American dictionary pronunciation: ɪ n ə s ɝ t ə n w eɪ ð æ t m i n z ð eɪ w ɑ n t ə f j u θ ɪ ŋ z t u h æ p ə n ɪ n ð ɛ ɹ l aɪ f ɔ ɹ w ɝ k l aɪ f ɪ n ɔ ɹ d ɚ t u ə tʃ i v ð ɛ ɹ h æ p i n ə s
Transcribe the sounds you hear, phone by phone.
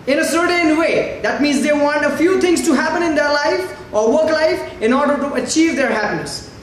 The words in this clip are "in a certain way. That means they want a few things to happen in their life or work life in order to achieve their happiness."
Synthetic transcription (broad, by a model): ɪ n ə s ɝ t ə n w eɪ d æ t m i n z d eɪ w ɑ n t ə f j u t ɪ ŋ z t u h æ p ə n ɪ n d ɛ ɹ l aɪ f ɔ ɹ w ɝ k l aɪ f ɪ n ɔ ɹ d ɚ t u ə tʃ i v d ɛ ɹ h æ p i n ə s